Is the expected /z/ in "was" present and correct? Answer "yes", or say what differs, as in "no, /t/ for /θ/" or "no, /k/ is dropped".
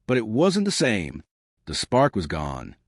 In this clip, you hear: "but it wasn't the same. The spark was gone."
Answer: yes